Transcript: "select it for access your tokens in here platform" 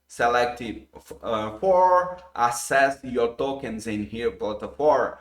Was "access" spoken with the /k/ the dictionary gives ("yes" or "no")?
no